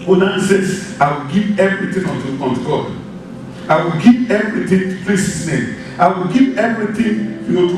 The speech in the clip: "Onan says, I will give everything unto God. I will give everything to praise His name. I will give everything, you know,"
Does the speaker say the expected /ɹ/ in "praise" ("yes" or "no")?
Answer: no